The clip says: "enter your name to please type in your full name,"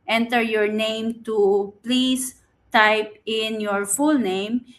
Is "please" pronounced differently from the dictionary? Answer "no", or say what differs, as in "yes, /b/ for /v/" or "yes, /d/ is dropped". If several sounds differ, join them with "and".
yes, /s/ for /z/